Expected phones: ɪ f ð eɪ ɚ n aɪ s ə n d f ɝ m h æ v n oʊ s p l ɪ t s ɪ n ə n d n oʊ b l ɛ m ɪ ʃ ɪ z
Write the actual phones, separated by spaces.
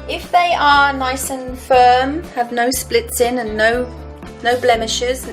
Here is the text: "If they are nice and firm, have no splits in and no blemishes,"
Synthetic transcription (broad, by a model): ɪ f ð eɪ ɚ n aɪ s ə n f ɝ m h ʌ v n oʊ s p l ɪ t s ɪ n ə n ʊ n oʊ b l ɛ m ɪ ʃ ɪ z